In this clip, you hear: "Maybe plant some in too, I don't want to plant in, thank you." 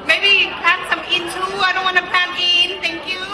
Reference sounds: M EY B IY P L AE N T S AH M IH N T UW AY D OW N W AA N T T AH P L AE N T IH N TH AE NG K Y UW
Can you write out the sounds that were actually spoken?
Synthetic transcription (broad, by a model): M EY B IY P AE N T S AH M IH N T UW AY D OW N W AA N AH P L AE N IH N T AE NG K Y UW